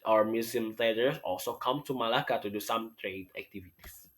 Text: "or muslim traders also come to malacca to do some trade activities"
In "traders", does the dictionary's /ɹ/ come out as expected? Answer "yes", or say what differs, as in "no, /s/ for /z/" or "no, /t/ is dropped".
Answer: no, /ɹ/ is dropped